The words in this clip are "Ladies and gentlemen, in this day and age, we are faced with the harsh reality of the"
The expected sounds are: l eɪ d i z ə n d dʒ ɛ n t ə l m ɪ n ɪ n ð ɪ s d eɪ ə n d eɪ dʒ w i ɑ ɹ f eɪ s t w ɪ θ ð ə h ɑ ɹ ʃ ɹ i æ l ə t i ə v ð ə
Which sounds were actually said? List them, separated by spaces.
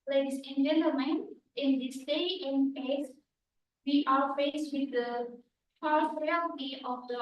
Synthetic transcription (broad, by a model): l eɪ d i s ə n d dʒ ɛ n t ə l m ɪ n ɪ n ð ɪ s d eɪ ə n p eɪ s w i ɑ ɹ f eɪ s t w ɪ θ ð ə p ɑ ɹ s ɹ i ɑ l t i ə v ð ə